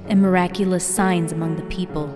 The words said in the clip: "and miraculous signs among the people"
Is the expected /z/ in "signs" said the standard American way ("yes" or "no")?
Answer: yes